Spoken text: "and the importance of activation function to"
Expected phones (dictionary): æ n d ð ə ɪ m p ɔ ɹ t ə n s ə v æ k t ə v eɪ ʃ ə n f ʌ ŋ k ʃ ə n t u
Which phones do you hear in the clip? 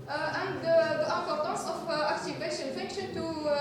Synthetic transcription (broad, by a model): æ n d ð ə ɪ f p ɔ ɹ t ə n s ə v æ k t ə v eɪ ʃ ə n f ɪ k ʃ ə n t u